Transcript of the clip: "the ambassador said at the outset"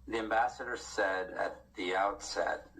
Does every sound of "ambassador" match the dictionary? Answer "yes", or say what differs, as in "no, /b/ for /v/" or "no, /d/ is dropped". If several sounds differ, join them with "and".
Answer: yes